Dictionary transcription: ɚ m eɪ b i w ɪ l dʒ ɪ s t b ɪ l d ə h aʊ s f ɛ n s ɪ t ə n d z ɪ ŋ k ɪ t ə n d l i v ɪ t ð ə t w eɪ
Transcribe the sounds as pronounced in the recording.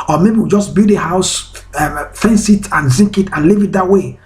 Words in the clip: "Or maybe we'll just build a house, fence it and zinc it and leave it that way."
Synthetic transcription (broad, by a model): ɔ m eɪ b i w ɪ dʒ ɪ s b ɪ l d ə h aʊ s f ɛ n s ɪ t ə n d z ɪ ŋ k ɪ t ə n l i v ɪ t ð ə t w eɪ